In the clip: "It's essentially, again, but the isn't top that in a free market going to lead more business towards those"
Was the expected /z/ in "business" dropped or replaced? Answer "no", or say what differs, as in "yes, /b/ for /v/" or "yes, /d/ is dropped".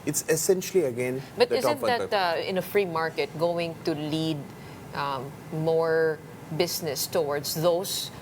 yes, /s/ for /z/